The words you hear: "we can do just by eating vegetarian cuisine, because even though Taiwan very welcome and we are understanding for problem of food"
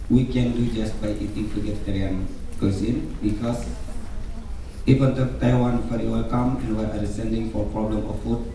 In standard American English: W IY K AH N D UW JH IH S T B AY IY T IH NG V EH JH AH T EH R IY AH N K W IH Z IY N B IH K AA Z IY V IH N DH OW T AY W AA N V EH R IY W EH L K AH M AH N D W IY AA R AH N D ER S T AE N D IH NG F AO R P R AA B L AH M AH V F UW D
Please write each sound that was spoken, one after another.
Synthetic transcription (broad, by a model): W IY K AH N D UW JH IH S T B AY IY T IH NG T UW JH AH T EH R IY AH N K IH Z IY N B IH K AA S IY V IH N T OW T AY W AA N F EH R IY W EH L K AH M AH N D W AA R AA D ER S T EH N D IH NG F AO R P R AA B L AH M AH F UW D